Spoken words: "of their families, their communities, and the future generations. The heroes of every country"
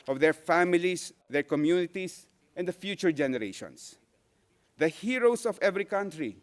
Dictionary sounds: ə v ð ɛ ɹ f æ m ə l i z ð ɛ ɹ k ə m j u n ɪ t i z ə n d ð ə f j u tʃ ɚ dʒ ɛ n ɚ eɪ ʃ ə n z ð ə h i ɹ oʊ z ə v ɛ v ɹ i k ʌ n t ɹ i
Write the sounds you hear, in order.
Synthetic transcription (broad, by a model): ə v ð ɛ ɹ f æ m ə l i s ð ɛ ɹ k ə m j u n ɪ t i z ə n d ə f j u tʃ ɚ dʒ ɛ n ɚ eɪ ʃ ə n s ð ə h i ɹ oʊ s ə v ɛ v ɹ i k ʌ n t ɹ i